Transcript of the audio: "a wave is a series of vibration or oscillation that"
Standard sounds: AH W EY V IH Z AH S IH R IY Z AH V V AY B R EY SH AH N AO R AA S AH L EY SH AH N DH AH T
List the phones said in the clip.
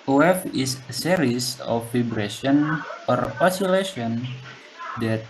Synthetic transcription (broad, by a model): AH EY F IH S AH S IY R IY S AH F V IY B R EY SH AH N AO R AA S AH L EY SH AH N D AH T